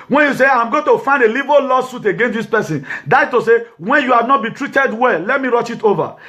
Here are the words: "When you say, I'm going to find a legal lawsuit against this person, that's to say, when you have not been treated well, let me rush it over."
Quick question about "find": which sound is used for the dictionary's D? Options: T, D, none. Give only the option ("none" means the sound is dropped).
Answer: D